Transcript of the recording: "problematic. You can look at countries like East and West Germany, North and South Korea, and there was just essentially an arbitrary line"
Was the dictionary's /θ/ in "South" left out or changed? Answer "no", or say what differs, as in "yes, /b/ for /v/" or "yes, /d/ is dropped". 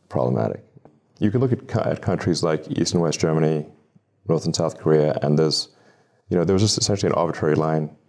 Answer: no